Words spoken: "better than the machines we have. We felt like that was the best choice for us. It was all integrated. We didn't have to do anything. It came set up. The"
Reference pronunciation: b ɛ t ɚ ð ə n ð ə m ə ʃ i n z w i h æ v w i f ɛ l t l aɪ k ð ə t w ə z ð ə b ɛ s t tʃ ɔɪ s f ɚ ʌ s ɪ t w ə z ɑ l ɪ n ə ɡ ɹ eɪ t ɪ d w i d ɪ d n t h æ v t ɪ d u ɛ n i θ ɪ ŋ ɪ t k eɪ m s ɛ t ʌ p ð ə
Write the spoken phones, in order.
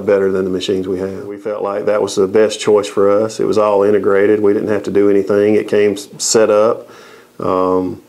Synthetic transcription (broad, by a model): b ɛ t ɚ ð ə n ð ə m ə ʃ i n z w i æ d w i f ɛ l t l aɪ k ð ə t w ə z ð ə b ɛ s tʃ ɔɪ s f ɚ ʌ s ɪ t w ə z ɑ l ɪ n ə ɡ ɹ eɪ t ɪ d w i d ɪ d n t h æ f t ɪ d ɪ ɛ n i θ ɪ ŋ ɪ t k eɪ m s ɛ t ʌ p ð ə